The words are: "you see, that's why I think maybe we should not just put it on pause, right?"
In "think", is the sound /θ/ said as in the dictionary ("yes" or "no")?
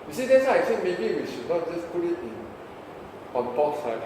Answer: no